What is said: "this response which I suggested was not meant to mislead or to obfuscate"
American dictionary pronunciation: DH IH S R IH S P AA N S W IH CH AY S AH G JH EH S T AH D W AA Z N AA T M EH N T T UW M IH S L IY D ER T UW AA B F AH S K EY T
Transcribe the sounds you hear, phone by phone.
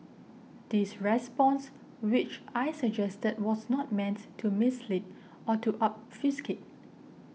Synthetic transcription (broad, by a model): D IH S R IH S P AA N S W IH CH AY S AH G JH EH S T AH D W AA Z N AA T M EH N T T UW M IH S L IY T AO T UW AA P F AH S K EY T